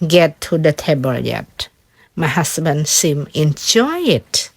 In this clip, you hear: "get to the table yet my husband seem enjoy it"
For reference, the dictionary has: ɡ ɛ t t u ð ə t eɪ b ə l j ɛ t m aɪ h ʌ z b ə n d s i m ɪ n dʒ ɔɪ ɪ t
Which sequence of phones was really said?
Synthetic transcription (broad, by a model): ɡ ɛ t t u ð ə t eɪ b ə l j ɛ t m aɪ h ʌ s b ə n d s i m ɪ n dʒ ɔɪ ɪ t